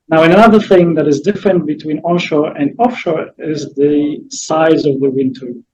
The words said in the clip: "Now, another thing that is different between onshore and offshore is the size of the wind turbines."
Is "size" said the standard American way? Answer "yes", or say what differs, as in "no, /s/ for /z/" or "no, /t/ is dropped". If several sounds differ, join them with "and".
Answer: yes